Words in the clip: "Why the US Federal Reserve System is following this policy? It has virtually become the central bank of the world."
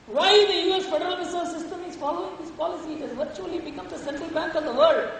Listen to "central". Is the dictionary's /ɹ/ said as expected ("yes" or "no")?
yes